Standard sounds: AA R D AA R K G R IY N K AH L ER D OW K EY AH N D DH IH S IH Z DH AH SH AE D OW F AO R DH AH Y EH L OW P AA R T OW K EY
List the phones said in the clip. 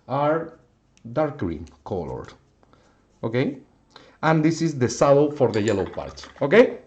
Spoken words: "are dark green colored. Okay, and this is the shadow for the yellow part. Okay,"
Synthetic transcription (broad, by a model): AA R D AA R K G R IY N K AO L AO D OW K EY AH N D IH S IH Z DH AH S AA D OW F AO R DH AH Y EH L OW P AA R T OW K EY